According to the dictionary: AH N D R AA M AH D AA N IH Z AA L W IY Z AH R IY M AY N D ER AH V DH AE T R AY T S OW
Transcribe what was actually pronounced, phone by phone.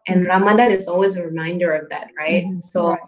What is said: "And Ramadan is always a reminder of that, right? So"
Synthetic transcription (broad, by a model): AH N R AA M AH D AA IH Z AA L W IY Z AH R IY M AY N D ER AH V DH AE T R AY T S OW